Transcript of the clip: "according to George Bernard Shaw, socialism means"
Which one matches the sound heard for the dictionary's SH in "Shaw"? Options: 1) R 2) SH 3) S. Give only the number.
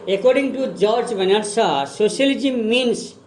3